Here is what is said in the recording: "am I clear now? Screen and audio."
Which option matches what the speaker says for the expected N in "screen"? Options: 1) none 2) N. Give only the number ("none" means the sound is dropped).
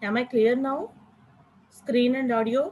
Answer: 2